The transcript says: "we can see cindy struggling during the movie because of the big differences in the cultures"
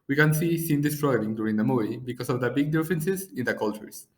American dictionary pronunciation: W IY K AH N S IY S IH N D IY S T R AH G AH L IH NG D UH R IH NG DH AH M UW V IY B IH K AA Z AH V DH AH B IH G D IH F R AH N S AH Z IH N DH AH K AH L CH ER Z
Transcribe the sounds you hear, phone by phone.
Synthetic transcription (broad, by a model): W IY K AH N S IY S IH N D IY S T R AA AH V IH NG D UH R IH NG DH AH M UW IY B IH K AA S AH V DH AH B IH G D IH F R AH N S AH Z IH N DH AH K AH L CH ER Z